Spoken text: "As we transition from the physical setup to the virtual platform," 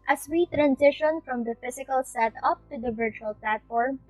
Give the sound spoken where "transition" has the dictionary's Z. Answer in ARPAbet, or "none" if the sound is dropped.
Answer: S